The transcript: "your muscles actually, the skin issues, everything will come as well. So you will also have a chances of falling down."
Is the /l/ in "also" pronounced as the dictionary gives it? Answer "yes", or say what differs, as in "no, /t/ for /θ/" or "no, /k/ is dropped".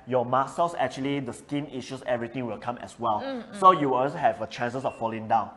no, /l/ is dropped